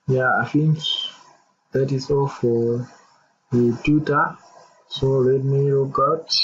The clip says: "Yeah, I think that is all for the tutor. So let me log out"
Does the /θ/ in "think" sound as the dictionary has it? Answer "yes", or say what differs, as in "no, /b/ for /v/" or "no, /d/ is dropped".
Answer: no, /f/ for /θ/